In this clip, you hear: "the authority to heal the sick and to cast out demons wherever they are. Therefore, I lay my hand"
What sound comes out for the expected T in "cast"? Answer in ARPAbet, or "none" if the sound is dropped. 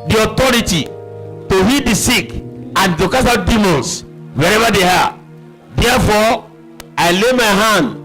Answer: none